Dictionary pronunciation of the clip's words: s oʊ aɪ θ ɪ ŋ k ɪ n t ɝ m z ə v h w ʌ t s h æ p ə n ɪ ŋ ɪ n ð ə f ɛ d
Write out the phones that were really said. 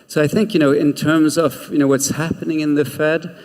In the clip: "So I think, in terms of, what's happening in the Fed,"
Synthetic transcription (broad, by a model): s oʊ aɪ θ ɪ ŋ k ɪ n t ɝ m z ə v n w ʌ t s h æ p ə n ɪ ŋ ɪ n ð ə f ɛ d